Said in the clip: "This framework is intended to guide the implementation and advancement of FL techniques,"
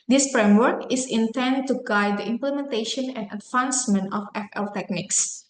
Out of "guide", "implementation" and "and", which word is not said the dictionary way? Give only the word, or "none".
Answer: none